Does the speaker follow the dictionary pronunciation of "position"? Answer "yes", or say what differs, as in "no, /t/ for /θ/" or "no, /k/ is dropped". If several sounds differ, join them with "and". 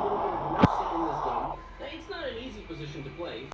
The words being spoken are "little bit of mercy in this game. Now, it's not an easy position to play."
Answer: yes